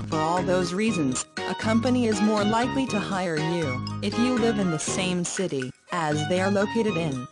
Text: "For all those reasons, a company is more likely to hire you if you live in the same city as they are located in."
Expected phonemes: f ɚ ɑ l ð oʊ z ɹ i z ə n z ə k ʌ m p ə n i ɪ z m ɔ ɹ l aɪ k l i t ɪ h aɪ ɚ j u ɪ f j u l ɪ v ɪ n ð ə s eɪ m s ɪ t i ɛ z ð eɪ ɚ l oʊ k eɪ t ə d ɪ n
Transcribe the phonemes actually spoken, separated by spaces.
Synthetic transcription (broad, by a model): f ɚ ɑ l ð oʊ z ɹ i z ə n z ə k ʌ m p ə n i ɪ z m ɔ ɹ l aɪ k l i t ɪ h aɪ ɚ j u ɪ f j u l ɪ v ɪ n ð ə s eɪ m s ɪ t i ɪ z ð eɪ ɚ l oʊ k eɪ t ə d ɪ n